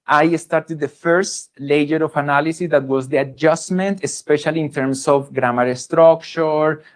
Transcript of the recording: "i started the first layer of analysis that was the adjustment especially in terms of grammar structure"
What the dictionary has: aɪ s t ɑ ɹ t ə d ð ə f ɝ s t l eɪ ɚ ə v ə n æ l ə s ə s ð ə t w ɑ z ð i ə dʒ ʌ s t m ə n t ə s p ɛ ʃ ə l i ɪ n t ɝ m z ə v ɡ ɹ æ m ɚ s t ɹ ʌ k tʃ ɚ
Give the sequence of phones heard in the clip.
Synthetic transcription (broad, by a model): aɪ s t ɑ ɹ t ə d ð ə f ɝ s t l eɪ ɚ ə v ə n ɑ l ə s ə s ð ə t w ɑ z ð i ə dʒ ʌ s m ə n t ə s p ɛ ʃ ə l i ɪ n t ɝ m s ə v ɡ ɹ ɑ m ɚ s t ɹ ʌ k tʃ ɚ